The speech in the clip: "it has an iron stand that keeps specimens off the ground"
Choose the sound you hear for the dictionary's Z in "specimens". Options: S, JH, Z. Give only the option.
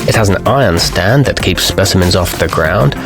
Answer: Z